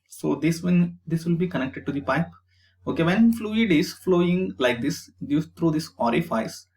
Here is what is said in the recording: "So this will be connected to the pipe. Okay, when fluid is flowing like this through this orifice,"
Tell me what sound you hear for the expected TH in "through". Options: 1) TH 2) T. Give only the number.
2